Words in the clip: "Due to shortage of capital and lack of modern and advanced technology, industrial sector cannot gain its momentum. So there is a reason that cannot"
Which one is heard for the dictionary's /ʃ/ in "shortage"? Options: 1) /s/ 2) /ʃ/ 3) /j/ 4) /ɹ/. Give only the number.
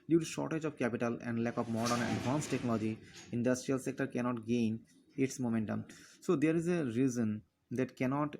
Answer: 2